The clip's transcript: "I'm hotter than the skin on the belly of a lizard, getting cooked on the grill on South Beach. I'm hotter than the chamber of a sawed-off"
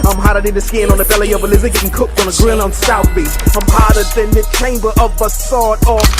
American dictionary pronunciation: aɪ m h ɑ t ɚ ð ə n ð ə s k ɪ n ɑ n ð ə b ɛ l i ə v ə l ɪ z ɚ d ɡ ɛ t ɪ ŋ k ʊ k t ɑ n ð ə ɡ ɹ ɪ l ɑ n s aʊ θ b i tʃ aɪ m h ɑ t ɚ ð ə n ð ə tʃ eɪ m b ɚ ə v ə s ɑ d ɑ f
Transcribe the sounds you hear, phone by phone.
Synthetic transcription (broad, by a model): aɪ m h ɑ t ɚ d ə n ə s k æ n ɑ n ð ə b ɛ l i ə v ə l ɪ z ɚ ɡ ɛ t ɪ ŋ k ʊ k t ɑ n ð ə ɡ ɹ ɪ n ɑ n s aʊ θ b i s aɪ m h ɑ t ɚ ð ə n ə tʃ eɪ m b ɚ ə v ə s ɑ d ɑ